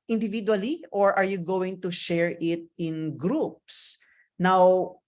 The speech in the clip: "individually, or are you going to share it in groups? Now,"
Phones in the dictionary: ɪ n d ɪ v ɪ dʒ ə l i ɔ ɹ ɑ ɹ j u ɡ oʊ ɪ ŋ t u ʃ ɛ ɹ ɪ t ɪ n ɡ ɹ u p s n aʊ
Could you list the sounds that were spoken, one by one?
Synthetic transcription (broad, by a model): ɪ n d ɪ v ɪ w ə l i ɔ ɹ ɑ ɹ j u ɡ oʊ ɪ ŋ t u ʃ ɛ ɹ ɪ t ɪ n ɡ ɹ u p s n aʊ